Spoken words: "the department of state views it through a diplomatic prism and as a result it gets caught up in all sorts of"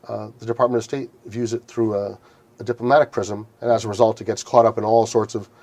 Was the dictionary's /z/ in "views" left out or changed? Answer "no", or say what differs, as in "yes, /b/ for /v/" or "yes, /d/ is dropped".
no